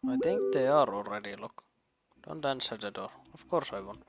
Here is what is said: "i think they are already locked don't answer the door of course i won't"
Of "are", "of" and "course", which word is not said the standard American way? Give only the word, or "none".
of